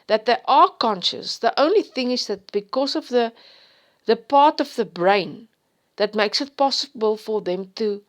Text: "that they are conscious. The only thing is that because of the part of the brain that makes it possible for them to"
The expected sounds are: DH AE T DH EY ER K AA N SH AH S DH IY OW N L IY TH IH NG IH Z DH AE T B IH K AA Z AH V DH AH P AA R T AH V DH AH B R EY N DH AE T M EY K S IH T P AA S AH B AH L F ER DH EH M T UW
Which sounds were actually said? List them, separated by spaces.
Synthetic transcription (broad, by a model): DH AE T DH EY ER K AA N SH AH S DH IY OW N L IY TH IH NG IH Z DH AE T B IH K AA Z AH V DH AH P AA R T AH V DH AH B R EY N DH AE T M EY K S IH T P AA S AH B AH L F ER DH EH M T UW